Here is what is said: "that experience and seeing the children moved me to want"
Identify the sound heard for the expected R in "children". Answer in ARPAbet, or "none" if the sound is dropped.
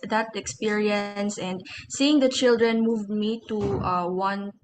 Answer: R